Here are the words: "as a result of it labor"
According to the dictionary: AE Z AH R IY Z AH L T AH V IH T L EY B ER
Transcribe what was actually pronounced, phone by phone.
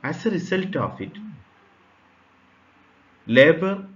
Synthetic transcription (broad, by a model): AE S AH R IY S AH L T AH F IH T L EY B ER